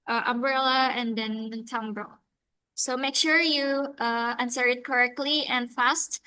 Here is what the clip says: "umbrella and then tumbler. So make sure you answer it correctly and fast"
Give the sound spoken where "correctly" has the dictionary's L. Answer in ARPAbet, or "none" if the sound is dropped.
L